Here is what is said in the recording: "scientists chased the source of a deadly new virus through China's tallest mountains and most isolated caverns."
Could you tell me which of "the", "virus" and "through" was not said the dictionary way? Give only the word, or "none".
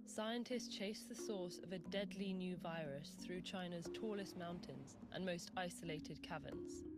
none